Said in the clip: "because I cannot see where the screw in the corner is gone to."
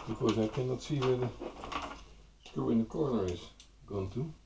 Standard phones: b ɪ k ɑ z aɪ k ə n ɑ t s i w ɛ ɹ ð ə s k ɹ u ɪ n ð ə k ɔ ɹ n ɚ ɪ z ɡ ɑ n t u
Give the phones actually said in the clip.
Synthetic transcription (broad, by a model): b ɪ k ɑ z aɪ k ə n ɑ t s i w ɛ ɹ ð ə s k u ɪ n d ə k ɔ ɹ n ɚ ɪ s ɡ ɑ n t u